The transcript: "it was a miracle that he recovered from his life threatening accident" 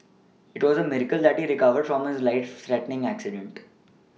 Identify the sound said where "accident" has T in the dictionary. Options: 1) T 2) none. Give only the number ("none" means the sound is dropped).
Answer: 1